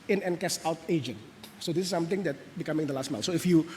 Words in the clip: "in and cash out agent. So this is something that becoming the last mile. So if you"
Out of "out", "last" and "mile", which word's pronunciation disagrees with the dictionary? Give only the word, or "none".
mile